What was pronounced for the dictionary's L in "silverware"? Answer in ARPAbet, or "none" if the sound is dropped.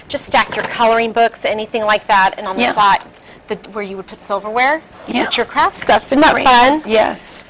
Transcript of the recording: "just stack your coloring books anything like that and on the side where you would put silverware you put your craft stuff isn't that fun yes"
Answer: L